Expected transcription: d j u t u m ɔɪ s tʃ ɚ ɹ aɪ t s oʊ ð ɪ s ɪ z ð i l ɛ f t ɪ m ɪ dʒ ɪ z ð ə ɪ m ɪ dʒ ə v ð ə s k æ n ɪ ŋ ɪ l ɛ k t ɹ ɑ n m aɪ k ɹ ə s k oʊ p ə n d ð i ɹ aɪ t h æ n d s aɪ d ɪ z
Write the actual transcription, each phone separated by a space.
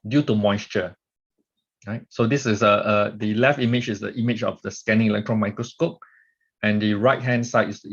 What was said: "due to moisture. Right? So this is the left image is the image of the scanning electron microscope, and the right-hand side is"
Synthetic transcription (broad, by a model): d j u t u m ɔɪ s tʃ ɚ ɹ aɪ t s oʊ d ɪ s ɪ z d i l ɛ f t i m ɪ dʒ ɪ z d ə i m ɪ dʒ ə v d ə s k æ n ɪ ŋ ɪ l ɛ k t ɹ ɑ n m aɪ k ɹ ə s k oʊ p ə n d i ɹ aɪ t h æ n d s aɪ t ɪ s